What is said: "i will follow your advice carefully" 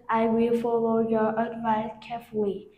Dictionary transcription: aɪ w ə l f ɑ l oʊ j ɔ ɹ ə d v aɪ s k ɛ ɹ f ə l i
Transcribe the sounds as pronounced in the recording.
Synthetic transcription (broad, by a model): aɪ w ə l f ɑ l oʊ j ɔ ɹ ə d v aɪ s k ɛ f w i